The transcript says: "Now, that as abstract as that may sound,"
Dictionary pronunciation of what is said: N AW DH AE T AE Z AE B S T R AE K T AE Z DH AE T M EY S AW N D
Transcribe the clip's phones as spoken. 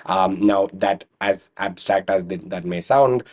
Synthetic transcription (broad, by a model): N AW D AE T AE Z AE B S T R AE K T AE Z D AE T M EY S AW N D